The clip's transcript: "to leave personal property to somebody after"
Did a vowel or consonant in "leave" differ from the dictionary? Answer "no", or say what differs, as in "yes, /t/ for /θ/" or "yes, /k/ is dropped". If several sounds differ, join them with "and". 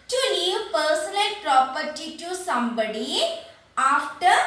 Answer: yes, /n/ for /l/